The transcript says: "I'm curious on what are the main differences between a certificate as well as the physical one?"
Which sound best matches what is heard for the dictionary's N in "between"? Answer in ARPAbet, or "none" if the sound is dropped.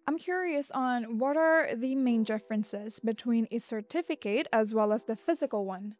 N